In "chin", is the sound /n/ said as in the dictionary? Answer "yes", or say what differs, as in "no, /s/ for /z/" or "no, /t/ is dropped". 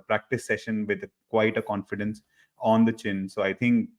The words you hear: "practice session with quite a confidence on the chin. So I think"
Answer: yes